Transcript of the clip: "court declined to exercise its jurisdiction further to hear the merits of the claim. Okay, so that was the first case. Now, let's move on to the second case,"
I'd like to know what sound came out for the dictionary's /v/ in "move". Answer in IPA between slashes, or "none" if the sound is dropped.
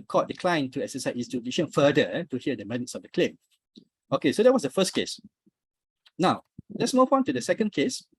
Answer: /p/